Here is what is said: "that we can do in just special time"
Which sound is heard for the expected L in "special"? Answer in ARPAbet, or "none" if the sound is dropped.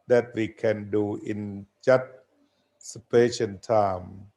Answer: N